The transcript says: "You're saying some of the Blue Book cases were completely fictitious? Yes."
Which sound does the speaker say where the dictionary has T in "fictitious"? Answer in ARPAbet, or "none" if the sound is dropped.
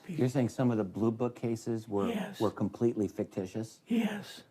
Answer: T